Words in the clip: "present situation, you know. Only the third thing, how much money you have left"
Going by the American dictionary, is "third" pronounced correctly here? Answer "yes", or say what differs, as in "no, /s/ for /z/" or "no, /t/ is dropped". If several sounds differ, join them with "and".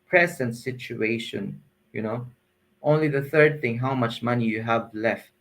yes